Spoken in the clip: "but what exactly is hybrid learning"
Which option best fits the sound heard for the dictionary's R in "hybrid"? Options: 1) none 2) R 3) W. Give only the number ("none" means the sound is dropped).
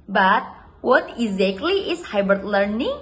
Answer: 1